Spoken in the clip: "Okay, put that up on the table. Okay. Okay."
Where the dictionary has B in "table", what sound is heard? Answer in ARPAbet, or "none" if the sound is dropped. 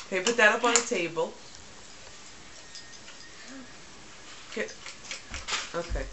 B